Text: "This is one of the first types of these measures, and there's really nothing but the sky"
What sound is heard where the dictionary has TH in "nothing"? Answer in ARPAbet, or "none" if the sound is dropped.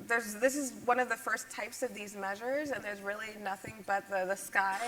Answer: TH